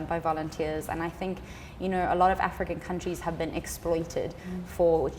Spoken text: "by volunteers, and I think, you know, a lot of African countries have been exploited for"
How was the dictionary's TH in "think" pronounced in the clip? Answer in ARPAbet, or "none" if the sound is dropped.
TH